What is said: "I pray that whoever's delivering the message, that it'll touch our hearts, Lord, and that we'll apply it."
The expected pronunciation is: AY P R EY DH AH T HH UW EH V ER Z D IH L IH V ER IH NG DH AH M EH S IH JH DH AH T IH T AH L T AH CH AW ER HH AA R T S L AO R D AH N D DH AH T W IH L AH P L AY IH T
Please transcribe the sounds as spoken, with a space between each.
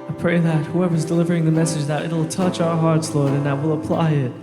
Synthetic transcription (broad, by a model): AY P R EY DH AH T HH UW EH V ER Z D IH L IH V ER IH NG DH AH M EH S IH JH DH AH T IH T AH L T AH CH AW ER HH AA R T S L AO R D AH N DH AH T W IH L AH P L AY IH T